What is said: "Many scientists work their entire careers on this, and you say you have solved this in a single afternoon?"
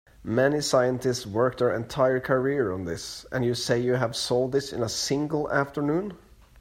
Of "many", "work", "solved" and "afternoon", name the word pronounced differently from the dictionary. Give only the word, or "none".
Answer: solved